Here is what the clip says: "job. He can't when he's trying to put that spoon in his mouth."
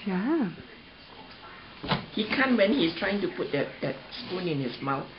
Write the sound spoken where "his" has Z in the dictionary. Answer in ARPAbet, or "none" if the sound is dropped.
S